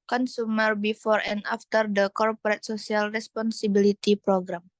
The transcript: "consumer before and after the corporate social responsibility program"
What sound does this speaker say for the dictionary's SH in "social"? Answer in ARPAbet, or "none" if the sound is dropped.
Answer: S